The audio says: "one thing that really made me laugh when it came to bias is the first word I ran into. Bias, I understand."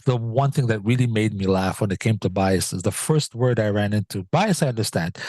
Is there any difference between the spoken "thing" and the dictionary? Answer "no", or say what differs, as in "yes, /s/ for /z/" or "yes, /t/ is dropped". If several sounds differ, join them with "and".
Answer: no